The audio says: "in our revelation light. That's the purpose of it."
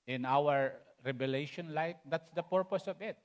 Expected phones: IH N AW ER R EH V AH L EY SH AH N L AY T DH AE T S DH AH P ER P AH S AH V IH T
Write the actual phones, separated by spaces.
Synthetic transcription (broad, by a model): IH N AW ER R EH B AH L EY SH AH N L AY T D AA T S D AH P ER P AH S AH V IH T